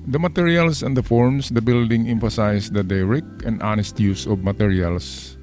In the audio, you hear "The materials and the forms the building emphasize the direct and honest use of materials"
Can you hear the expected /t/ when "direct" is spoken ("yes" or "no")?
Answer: no